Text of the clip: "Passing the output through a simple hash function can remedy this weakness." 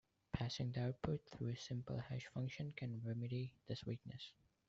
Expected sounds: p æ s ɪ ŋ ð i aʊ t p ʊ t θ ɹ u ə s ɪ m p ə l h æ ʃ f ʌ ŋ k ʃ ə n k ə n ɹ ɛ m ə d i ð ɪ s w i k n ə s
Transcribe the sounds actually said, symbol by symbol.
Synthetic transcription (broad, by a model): p æ s ɪ ŋ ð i aʊ t p ʊ t θ ɹ u ə s ɪ m p ə l h æ ʃ f ʌ ŋ k ʃ ə n k ə n ɹ ɛ m ə d i ð ɪ s w i k n ə s